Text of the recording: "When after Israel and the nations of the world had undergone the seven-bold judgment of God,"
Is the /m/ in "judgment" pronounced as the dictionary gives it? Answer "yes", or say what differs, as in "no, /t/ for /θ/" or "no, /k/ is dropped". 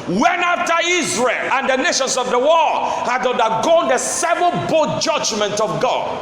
yes